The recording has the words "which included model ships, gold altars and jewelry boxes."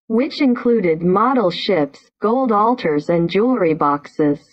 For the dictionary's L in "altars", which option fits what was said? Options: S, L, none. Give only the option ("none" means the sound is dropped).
L